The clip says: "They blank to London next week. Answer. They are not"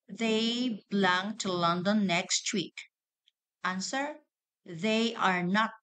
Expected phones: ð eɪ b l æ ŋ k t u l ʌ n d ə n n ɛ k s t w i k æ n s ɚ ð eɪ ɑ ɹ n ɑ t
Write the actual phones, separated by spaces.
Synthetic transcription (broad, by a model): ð eɪ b l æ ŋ t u l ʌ n d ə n n ɛ k s t w i k æ n s ɚ ð eɪ ɑ ɹ n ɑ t